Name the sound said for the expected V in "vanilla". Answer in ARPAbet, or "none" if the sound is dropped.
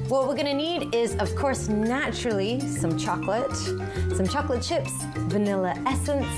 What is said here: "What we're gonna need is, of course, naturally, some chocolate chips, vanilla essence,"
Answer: V